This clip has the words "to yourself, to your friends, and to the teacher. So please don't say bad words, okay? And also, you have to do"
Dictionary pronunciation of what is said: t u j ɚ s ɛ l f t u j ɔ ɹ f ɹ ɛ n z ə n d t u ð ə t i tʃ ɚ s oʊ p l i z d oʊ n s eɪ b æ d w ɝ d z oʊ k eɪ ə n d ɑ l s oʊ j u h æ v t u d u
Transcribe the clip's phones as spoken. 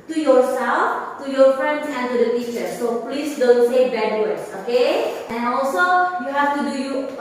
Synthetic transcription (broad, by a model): t u j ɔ s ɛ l f t u j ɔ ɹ f ɹ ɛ n s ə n t u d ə t i tʃ ɚ s oʊ p l i s d oʊ n s eɪ b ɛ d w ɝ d s oʊ k eɪ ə n ɑ l s oʊ j u h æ f t u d u